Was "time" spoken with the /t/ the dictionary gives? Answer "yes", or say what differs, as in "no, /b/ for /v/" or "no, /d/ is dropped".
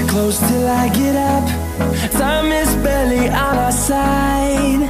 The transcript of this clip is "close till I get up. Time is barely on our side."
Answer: no, /s/ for /t/